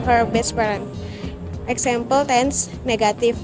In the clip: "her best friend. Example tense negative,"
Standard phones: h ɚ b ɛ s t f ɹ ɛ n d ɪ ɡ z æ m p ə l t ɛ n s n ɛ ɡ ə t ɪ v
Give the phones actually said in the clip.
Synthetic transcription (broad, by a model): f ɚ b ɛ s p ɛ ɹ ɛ n ɪ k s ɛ m p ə l t ɛ n s n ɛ ɡ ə t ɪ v